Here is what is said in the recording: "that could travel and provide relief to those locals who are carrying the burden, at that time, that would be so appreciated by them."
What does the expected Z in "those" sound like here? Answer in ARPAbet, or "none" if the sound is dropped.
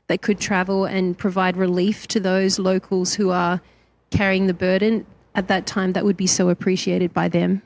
Z